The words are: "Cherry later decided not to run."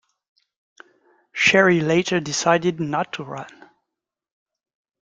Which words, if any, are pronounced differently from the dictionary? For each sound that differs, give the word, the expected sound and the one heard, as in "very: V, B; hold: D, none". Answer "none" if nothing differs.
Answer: cherry: CH, SH